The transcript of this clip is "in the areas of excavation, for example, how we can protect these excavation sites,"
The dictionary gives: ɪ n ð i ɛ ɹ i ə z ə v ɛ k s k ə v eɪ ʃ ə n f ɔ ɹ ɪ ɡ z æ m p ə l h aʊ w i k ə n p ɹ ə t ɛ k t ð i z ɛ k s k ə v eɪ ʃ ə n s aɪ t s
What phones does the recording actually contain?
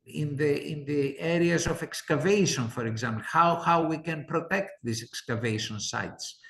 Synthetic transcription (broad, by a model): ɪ n ð i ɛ ɹ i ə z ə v ɛ k s k ə v eɪ ʃ ə n f ɔ ɹ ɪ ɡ z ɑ m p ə w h aʊ w i k ə n p ɹ ə t ɛ k t ð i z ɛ k s k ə v eɪ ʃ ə n s aɪ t s